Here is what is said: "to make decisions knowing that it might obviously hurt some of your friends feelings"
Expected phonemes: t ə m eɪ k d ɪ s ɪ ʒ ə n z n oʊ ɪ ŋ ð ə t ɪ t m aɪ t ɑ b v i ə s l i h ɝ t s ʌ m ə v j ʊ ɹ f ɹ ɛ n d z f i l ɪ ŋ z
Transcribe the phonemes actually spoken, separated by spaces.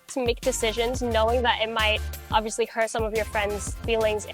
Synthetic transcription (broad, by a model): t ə m eɪ k d ɪ s ɪ ʒ ə n z n oʊ ɪ ŋ ð ə t ɪ t m aɪ t ɑ b v i ə s l i h ɝ t s ʌ m ə v j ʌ ɹ f ɹ ɛ n d z f i l ɪ ŋ z